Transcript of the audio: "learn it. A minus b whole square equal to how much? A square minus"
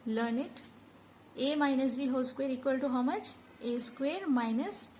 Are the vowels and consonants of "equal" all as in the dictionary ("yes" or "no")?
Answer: yes